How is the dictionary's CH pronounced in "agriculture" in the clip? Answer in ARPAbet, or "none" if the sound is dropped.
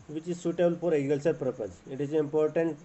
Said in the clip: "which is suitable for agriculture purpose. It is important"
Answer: S